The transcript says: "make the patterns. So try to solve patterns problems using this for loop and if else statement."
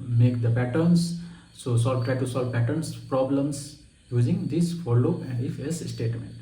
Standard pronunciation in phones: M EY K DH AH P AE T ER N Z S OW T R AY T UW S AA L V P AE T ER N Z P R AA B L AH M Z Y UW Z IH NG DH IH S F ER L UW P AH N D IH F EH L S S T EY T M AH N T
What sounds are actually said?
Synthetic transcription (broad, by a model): M EY K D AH P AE T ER N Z S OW T R AY T UW S AA L V P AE T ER N S P R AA B L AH M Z Y UW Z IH NG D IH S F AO L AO AH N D IH F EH S S T EY T M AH N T